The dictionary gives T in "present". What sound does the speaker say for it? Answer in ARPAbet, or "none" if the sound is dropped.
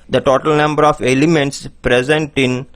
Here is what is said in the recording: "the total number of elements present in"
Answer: T